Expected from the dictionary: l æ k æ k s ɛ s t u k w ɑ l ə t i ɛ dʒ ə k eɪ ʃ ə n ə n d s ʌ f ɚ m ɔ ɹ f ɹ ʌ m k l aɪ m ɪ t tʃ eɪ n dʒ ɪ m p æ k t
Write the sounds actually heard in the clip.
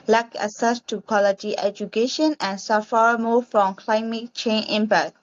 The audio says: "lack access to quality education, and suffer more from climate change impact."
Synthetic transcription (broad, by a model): l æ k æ s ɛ s t u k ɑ l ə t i ɛ dʒ ə k eɪ ʃ ə n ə n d s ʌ f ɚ m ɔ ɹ f ɹ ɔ m k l aɪ m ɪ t tʃ eɪ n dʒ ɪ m p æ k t